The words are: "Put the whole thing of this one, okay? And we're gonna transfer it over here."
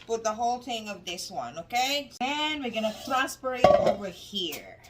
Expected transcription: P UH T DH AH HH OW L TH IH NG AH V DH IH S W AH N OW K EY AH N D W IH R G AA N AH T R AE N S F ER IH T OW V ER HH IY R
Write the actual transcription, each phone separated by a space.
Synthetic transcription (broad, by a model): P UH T DH AH HH OW L TH IH NG AH V DH IH S W AH N OW K EY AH N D W IH R G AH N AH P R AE S P ER IH T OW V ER HH IY R